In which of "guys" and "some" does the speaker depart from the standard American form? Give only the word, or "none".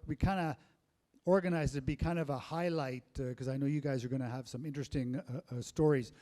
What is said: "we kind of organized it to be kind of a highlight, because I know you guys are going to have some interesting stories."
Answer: none